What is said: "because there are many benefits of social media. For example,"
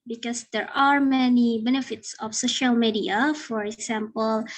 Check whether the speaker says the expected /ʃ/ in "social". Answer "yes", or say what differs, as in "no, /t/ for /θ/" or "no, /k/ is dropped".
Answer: yes